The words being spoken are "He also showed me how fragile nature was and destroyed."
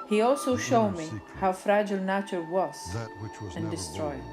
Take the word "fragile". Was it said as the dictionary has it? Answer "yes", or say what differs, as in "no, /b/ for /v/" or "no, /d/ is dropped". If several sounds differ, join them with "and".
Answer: yes